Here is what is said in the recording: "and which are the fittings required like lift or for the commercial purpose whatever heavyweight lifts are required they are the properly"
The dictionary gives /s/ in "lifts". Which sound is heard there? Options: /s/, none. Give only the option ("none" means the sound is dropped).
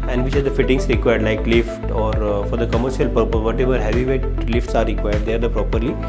/s/